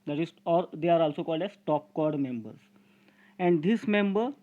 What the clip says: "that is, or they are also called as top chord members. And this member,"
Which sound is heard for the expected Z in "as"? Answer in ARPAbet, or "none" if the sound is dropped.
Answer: S